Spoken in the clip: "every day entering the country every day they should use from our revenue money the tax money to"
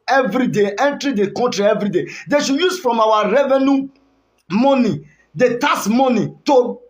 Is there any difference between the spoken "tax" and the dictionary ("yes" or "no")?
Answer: yes